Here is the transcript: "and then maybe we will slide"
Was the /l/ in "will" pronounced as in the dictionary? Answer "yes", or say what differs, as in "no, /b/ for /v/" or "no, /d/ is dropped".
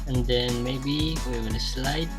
no, /n/ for /l/